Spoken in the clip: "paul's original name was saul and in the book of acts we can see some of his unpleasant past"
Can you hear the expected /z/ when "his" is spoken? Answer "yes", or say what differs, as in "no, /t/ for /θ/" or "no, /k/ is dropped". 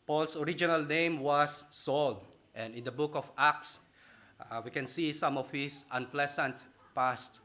no, /s/ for /z/